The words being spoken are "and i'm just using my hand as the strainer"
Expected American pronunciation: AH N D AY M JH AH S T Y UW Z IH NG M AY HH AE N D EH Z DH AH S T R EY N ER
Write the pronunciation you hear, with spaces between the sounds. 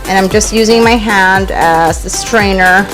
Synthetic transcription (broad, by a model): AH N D AY M JH AH S T Y UW Z IH NG M AY HH AE N D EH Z DH AH S T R EY N ER